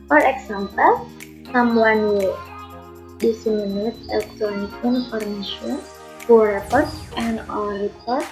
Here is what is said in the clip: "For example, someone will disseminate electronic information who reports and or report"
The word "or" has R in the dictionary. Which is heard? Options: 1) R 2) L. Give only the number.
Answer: 2